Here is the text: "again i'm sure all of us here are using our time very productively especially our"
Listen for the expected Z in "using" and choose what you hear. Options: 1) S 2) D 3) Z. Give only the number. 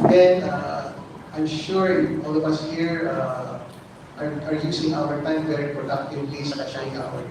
1